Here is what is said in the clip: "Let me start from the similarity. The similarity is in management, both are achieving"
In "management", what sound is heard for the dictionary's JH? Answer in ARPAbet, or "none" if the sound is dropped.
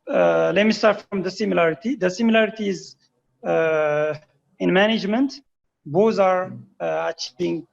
JH